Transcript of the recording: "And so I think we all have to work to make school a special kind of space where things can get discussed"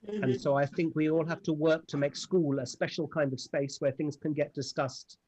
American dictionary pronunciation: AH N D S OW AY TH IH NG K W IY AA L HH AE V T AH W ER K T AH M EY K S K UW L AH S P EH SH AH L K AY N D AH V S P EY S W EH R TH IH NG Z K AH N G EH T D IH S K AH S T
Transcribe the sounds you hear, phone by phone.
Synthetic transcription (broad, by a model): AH N S OW AY TH IH NG K W IY AA L HH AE F T AH W ER K T AH M EY K S K UW L AH S P EH SH L K AY N D AH V S P EY S W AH R TH IH NG Z K AH N G EH T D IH S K AH S T